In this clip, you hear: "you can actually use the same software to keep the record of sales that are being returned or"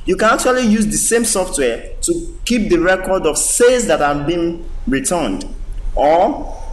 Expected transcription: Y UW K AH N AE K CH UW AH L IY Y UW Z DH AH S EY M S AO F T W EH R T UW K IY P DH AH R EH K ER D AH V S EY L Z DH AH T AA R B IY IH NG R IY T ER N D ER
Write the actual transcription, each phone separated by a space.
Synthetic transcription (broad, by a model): Y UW K AH N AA K CH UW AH L IY Y UW Z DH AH S EY M S AO F T W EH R T UW K IY P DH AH R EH K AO D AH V S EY Z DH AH T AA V B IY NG R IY T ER N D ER